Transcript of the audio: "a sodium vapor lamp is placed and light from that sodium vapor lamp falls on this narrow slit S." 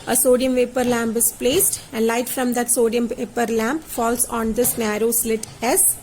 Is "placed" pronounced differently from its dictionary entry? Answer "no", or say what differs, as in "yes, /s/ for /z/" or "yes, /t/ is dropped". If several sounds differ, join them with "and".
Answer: no